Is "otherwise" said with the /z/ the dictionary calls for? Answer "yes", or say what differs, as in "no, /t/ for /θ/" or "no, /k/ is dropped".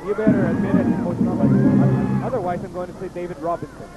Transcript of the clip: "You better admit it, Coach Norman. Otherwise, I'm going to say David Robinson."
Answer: yes